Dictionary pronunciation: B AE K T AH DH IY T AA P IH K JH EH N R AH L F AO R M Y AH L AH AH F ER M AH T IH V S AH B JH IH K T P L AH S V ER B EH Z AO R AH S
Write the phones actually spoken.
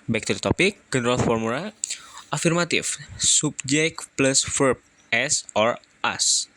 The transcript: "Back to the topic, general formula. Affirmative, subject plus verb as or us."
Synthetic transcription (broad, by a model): B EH K T AH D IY T AA P IH K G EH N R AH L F AO R M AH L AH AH F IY M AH T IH F S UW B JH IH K P L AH S F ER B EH S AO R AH S